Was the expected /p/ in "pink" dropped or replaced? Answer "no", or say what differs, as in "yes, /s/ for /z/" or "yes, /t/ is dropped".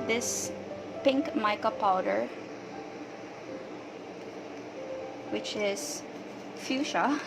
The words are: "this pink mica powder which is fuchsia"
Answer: no